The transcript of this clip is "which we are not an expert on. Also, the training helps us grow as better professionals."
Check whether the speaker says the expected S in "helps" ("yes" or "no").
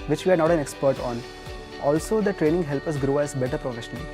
no